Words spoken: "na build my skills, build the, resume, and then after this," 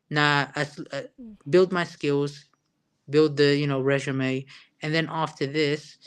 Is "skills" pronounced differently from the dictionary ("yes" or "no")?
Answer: no